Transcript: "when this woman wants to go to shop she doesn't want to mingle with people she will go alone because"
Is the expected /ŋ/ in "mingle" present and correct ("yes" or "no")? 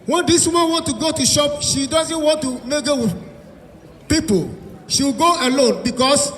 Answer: no